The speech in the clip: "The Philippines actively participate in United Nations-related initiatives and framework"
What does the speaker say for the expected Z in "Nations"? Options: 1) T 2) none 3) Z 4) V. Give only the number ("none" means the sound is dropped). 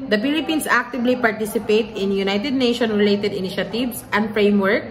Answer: 2